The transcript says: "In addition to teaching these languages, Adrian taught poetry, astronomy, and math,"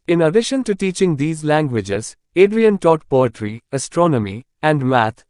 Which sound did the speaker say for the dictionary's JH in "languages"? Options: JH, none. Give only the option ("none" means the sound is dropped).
JH